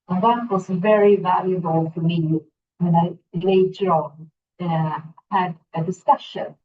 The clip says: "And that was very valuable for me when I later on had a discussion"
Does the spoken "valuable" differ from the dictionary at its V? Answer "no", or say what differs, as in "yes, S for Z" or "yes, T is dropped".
no